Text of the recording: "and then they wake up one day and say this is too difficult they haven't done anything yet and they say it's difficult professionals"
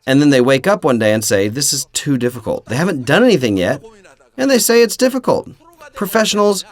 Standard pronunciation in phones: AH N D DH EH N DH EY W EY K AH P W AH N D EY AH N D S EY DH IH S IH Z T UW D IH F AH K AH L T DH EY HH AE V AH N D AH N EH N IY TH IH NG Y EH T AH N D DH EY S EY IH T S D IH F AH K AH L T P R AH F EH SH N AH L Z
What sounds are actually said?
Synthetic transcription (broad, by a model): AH N DH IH N DH EY W EY K AH P W AH N D EY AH N S EY DH IH S IH Z T UW D IH F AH K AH L T DH EY HH AE V AH N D AH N EH N IY TH IH NG Y EH T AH N DH EY S EY IH T S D IH F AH K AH L T P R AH F EH SH N L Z